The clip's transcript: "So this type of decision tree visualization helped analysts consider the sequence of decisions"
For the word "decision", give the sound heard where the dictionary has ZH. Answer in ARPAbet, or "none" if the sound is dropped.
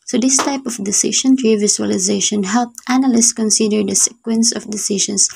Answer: SH